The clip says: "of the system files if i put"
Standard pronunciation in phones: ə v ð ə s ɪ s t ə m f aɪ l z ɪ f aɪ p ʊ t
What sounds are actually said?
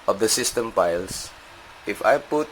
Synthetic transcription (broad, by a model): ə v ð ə s ɪ s t ə m p aɪ l s ɪ f aɪ p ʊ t